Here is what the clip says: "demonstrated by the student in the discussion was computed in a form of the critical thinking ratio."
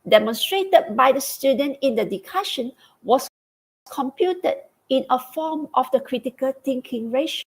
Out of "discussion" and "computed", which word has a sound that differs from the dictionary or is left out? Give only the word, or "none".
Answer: discussion